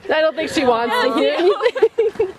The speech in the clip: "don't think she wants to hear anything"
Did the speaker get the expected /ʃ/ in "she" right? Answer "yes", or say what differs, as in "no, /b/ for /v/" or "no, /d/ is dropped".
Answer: yes